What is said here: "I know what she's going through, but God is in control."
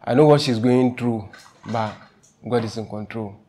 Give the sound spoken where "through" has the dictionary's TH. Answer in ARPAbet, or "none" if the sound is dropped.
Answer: T